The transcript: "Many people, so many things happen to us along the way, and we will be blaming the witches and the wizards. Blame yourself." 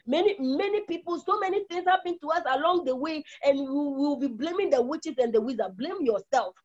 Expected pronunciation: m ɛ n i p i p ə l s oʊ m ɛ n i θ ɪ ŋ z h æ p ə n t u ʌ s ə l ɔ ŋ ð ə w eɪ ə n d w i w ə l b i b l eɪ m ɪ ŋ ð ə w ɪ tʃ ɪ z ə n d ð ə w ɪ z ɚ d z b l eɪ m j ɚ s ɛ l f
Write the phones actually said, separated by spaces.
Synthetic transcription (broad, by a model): m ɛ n i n i p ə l s oʊ m ɛ n i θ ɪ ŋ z h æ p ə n t u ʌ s ə l ɔ ŋ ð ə w eɪ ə n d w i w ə w b i b l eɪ m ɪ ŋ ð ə w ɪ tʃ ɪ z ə n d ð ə w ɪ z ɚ b l eɪ m j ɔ s ɛ l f